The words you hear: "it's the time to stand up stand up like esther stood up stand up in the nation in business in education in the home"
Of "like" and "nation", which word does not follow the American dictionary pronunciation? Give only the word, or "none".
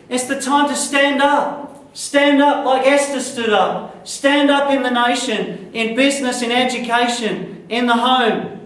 like